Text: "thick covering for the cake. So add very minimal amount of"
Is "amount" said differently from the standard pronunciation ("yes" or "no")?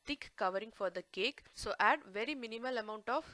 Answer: no